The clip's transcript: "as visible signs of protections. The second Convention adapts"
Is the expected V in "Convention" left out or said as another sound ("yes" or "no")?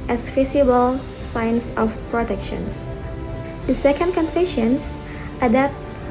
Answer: yes